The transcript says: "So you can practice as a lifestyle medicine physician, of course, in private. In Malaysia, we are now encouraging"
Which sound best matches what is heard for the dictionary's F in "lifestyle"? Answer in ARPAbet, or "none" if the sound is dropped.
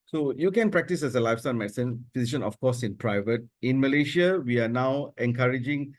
F